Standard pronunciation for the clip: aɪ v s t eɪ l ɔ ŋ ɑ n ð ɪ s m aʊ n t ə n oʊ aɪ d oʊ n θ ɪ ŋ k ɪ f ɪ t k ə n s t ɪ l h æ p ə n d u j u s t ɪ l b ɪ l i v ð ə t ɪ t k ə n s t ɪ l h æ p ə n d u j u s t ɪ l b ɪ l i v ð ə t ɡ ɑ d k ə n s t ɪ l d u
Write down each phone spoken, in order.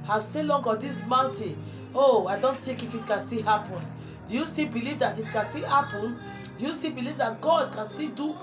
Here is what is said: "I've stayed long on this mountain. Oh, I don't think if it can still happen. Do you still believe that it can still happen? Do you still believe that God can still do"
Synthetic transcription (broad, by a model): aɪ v s t eɪ l ɔ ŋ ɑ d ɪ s m aʊ n t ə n oʊ aɪ d oʊ n t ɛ k ɪ f ɪ t k ə n s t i h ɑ p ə n d u j u s t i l b ɪ l i v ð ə t ɪ t k ə n s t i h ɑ p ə n d u j u s t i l b ɪ l i v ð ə t ɡ ɑ d k ə n s t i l d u